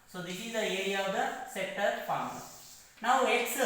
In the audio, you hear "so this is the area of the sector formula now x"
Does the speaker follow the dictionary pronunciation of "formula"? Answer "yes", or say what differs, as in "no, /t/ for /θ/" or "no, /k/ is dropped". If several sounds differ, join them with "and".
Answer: no, /l/ is dropped